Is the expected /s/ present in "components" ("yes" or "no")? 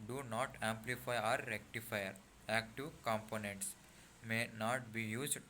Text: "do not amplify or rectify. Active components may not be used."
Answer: yes